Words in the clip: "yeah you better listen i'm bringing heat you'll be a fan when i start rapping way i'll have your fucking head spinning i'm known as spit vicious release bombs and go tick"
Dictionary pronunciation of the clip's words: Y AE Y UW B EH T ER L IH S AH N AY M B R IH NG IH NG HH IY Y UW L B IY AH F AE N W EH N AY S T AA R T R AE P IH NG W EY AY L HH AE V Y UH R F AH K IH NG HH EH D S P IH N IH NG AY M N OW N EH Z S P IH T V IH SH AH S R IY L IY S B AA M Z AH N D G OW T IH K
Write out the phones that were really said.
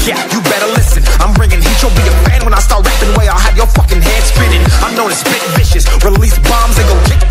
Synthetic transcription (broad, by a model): Y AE Y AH B EH T ER L IH S AH N AY M B R IH NG IH NG HH IY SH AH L B IY AH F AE N W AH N AY S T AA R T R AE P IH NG W EY AY L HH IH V Y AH R F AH K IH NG HH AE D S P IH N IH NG AY M N OW N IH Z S B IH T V IH SH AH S R IY L IY S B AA M Z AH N G OW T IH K